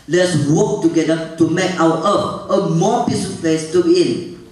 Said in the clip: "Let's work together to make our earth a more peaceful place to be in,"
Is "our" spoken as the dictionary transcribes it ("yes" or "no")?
no